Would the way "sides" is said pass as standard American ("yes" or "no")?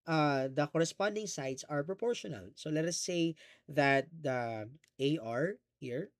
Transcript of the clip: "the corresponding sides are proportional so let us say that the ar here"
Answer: no